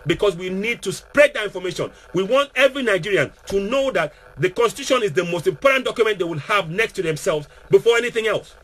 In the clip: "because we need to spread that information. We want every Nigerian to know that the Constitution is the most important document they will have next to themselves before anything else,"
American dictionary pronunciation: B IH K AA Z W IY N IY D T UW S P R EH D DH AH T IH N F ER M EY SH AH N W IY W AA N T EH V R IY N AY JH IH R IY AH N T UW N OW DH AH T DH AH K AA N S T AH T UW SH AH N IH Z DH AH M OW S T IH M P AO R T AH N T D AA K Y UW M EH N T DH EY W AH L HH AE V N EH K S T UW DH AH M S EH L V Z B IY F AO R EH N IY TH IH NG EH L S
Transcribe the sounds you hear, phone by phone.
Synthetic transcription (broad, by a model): B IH K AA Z W IY N IY D T UW S P R EH D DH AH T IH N F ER M EY SH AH N W IY W AA N T EH V R IY N AY JH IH R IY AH N T UW N OW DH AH T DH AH K AA N S T AH T UW SH AH N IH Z DH AH M OW S T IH M P AO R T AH N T D AA K Y UW M EH N T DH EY W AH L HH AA V N EH K S T UW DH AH M S EH L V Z B IY F AO R EH N IY TH IH NG EH L S